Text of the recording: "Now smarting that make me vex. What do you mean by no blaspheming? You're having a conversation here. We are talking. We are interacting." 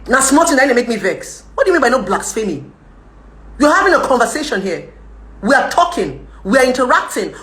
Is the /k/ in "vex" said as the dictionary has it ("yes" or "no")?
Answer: yes